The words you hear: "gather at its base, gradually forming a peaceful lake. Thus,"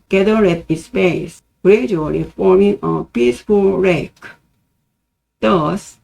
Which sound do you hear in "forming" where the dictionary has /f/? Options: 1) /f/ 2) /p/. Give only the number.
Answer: 1